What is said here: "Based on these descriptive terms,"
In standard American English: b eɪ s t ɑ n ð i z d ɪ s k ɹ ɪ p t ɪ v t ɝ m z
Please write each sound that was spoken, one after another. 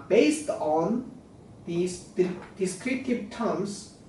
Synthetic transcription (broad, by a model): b eɪ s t ɑ n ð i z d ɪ s k ɹ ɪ t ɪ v t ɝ m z